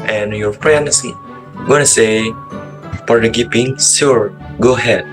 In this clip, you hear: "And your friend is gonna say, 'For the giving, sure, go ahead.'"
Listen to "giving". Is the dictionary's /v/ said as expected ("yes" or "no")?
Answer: no